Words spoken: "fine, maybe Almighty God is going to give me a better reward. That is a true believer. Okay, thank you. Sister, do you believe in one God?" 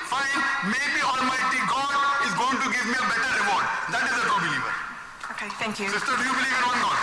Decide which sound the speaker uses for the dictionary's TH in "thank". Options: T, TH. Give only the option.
T